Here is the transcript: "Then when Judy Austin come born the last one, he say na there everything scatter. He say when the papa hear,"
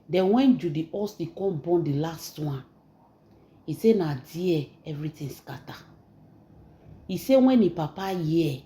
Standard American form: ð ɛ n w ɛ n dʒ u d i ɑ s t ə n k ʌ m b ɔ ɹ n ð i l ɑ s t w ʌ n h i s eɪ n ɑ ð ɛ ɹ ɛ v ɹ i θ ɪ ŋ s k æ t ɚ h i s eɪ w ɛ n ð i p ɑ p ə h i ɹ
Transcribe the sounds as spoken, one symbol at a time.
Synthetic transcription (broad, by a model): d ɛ n w ɛ n dʒ u d i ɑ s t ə k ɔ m b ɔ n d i l ɑ s t w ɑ n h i s eɪ n ɑ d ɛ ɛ v ɹ i t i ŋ s k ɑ t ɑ i s eɪ w ɛ n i p ɑ p ə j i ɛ